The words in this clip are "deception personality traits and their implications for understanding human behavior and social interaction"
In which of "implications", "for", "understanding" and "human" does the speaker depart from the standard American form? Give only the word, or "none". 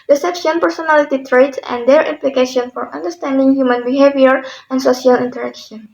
implications